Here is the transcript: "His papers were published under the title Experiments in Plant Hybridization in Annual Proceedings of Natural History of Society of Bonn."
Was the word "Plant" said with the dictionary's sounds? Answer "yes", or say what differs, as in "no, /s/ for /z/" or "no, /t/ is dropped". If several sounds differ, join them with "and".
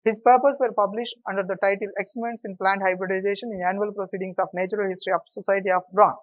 yes